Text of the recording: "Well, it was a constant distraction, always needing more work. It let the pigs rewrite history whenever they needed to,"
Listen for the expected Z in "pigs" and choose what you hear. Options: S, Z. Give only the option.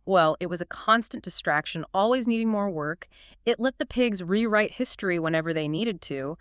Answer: Z